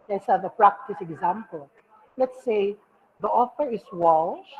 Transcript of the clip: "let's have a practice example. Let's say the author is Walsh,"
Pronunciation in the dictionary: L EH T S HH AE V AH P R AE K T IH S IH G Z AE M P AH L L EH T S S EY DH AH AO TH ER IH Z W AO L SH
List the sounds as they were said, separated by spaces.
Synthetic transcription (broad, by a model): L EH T S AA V AH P R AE K T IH S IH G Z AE M P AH L L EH T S S EY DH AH AO F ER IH S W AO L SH